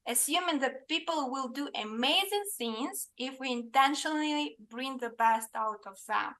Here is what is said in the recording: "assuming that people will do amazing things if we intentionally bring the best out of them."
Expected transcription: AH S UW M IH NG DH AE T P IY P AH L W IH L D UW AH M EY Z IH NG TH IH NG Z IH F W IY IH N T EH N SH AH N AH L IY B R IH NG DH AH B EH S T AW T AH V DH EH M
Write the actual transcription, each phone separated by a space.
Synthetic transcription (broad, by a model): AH S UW M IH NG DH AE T P IY P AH L W IH L D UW AH M EY Z IH NG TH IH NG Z IH F W IY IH N T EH N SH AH N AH L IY B R IH NG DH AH B EH S T AW T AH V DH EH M